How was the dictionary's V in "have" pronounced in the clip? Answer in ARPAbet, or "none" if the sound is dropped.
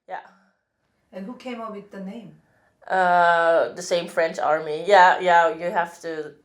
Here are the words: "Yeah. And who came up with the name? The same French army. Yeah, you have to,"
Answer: F